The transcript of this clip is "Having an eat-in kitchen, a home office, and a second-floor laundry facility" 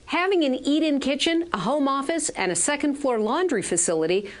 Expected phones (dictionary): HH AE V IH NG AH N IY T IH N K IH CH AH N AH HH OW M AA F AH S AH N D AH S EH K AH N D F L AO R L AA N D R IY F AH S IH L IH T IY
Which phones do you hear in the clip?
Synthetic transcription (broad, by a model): HH AE V IH NG AH N IY T IH N K IH CH AH N AH HH OW M AA F AH S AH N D AH S EH K AH N D F AO R L AA N D R IY F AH S IH L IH T IY